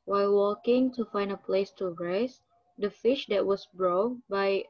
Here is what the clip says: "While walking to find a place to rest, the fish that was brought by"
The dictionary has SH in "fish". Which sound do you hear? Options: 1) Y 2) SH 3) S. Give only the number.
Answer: 2